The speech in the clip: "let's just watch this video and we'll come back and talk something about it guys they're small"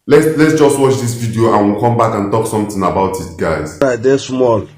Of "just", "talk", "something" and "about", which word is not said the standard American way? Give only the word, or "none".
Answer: something